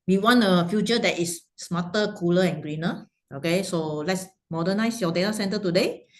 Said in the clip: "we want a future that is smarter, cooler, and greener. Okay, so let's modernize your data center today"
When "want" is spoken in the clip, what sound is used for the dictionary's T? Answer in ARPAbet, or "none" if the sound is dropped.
none